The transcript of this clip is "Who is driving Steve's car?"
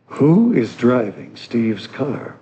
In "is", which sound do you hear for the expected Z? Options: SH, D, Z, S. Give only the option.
Z